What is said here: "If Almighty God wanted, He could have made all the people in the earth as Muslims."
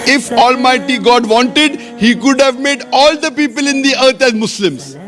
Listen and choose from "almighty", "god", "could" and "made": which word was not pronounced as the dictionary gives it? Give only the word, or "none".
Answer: none